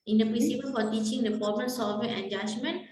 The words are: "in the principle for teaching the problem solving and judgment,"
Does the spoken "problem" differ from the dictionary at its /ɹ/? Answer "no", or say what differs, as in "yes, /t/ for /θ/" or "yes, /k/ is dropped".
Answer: yes, /ɹ/ is dropped